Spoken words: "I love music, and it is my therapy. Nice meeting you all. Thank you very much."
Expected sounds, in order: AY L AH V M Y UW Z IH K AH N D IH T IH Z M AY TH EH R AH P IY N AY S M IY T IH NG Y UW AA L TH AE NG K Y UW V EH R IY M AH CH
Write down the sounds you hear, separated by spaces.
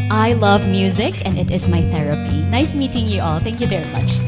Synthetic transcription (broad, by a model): AY L AH V M Y UW Z IH K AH N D IH T IH Z M AY TH EH R AH P IY N AY S M IY T IH NG Y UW AA L TH AE NG K Y UW V EH R IY M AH CH